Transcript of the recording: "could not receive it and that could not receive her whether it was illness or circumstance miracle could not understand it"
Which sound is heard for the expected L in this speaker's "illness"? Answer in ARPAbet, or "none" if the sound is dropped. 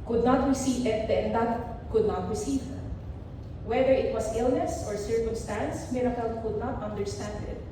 L